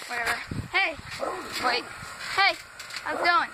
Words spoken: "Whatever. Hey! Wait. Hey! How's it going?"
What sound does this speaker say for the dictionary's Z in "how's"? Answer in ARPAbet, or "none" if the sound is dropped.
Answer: none